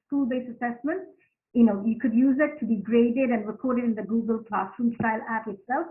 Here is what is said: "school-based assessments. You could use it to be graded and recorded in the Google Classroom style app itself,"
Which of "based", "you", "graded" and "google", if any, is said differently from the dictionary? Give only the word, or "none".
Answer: based